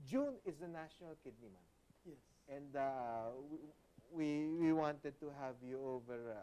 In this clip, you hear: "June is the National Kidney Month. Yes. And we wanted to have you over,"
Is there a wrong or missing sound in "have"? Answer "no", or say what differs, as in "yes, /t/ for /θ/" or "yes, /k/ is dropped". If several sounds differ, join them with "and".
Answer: no